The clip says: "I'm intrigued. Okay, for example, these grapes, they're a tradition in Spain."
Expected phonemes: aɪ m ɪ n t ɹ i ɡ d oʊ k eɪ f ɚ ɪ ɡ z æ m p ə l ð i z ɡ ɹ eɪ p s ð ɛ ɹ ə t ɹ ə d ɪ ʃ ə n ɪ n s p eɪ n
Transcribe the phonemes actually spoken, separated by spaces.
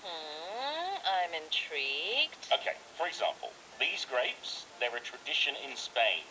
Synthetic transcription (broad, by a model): aɪ m ɪ n t ɹ i ɡ d oʊ k eɪ f ɚ ɪ ɡ z æ m p ə l ð i z ɡ ɹ eɪ p s ð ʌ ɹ ə t ɹ ə d ɪ ʃ ə n ɪ n s p eɪ n